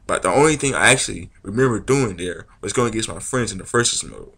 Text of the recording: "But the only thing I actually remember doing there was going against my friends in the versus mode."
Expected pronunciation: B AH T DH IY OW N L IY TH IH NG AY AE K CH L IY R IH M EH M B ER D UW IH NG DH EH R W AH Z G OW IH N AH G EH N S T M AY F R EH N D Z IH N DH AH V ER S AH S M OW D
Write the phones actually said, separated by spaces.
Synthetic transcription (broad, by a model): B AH T DH IY OW N L IY TH IH NG AY AE K CH L IY R IH M EH M B ER D UW IH NG DH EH R W AH Z G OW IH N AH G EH S M AY F R EH N D Z IH N DH AH F ER S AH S M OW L